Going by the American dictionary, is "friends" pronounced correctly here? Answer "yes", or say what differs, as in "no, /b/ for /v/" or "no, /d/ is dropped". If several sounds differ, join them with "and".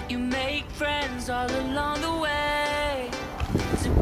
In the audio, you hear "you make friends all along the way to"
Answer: yes